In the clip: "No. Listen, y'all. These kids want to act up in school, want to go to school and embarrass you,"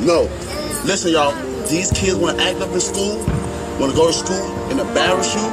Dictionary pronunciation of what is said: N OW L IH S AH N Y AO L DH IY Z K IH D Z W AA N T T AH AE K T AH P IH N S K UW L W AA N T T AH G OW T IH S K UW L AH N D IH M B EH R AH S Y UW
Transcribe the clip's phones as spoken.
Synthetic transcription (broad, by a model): N OW L IH S AH N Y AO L DH IY Z K IH D Z W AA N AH T AE K T AH P IH N S K UW L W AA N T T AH G OW T IH S K UW L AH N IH B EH R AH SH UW